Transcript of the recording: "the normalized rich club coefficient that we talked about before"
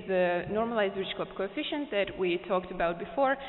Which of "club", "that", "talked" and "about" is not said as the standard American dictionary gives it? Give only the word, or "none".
club